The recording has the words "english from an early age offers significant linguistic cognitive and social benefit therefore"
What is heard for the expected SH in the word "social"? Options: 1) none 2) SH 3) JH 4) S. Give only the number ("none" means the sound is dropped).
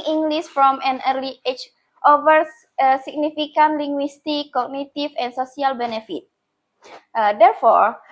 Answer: 4